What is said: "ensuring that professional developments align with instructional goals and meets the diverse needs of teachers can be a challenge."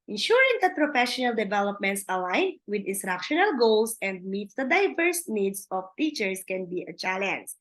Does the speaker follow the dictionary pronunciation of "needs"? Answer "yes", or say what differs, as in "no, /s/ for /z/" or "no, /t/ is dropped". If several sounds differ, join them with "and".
no, /s/ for /z/